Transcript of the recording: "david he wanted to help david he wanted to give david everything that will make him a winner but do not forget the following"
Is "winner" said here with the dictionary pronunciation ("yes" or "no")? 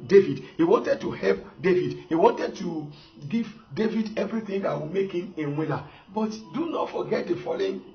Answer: no